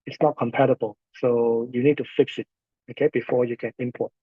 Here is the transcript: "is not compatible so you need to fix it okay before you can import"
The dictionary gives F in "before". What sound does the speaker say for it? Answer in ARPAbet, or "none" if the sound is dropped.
F